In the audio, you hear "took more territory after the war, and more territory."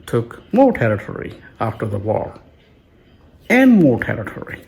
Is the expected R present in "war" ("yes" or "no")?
no